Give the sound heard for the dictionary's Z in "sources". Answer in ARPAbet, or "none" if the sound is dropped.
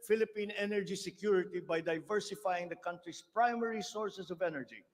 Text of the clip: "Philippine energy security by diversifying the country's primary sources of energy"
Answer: S